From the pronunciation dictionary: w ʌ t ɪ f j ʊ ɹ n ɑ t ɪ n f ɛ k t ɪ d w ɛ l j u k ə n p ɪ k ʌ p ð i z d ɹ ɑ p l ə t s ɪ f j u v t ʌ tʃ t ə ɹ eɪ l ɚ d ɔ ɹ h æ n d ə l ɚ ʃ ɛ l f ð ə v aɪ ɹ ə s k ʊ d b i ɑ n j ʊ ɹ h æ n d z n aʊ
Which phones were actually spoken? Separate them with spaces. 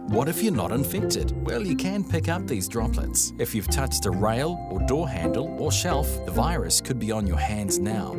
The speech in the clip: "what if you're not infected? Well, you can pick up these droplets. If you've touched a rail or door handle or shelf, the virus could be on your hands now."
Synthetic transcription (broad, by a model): w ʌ t ɪ f j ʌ ɹ n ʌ t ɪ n f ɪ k t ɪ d w ɛ l j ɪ k ə n p ɪ k ʌ p ð i z d ɹ ɑ p l ə t s ɪ f j u v t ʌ tʃ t ə ɹ eɪ l ɚ d ɔ ɹ h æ n d l ɚ ʃ ɛ l f ð ə v aɪ ɹ ə s k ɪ d b i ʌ n j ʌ ɹ h æ n d z n aʊ